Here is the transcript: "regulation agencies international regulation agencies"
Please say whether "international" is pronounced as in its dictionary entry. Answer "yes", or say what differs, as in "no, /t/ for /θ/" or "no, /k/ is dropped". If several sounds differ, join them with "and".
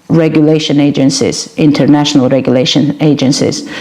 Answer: yes